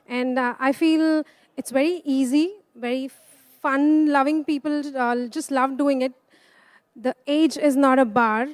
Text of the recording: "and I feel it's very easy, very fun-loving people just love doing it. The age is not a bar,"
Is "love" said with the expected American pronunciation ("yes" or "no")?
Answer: yes